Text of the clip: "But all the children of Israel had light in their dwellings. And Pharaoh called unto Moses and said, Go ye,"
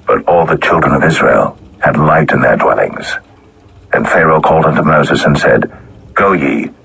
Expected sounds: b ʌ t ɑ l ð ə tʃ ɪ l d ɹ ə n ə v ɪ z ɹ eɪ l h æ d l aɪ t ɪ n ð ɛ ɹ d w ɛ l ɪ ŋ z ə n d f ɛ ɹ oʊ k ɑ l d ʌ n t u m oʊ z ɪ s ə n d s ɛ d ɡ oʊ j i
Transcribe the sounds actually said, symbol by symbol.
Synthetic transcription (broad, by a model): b ʌ t ɑ l ð ə tʃ ɪ l d ɹ ə n ə v ɪ z ɹ eɪ l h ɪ d l aɪ t ɪ n ð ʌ ɹ d w ɛ l ɪ ŋ z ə n f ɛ ɹ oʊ k ɑ l d ʌ n t u m oʊ z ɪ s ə n s ɛ d ɡ oʊ j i